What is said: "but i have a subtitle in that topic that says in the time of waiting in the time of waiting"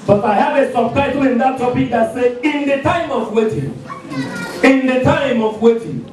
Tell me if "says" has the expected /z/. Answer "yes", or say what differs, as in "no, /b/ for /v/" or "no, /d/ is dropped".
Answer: no, /z/ is dropped